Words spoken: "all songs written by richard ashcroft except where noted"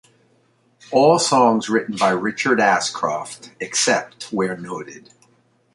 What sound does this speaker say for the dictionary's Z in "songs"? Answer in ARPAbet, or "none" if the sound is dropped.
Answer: Z